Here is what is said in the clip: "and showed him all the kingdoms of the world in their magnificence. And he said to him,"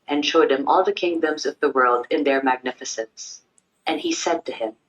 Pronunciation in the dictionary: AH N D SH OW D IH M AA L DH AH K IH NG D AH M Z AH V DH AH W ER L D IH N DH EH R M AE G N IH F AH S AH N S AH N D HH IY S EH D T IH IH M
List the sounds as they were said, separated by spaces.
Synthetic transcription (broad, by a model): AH N SH OW D IH M AA L DH AH K IH NG D AH M Z AH V DH AH W ER L D IH N DH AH R M AE G N IH F AH S AH N S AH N IY S EH D T IH IH M